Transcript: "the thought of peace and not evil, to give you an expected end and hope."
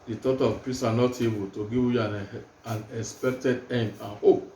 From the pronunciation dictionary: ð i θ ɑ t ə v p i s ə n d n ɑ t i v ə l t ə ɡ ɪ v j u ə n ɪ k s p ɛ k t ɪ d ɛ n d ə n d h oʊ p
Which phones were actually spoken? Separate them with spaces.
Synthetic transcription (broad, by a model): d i t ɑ t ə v p i s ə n n ɑ t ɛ b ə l t ə ɡ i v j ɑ ə n ɪ k s p ɛ k t ɪ d ɛ n d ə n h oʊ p